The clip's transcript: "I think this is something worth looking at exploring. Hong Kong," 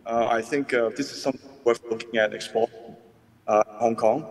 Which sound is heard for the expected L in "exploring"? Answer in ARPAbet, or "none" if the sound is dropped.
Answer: none